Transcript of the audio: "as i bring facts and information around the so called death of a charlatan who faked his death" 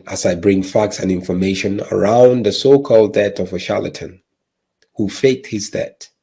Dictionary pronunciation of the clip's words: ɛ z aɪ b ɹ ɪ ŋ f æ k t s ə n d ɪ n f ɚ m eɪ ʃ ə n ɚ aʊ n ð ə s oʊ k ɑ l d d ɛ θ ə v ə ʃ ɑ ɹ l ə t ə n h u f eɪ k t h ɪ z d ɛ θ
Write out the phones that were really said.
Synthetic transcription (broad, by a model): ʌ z aɪ b ɹ ɪ ŋ f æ k t s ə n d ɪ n f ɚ m eɪ ʃ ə n ɚ aʊ n ð ə s oʊ k ɑ l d d ɛ t ə v ə ʃ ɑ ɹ l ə t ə n h u f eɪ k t h ɪ z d ɛ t